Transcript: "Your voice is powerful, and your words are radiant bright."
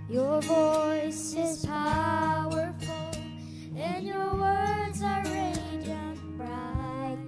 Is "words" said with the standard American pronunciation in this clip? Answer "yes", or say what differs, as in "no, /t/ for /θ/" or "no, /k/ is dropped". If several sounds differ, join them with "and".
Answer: yes